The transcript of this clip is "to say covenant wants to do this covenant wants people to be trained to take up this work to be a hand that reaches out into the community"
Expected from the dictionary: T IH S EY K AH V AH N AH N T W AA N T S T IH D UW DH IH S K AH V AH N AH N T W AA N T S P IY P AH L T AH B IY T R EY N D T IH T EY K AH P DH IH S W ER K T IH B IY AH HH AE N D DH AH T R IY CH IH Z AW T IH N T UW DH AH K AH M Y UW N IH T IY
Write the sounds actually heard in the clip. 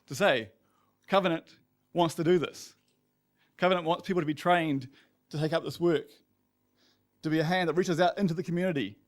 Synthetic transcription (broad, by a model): T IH S EY K AH V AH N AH N T W AA N T S T IH D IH DH IH S K AH V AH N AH N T W AA N T S P IY P L T AH B IY T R EY N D T IH T EY K AH P DH IH S W ER K T IH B IY AH HH AE N DH AH T R IY CH IH Z AW T IH N T UW DH AH K M Y UW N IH T IY